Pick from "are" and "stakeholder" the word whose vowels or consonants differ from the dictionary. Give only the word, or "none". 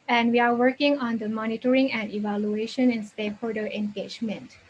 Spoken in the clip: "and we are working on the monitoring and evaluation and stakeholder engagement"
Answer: stakeholder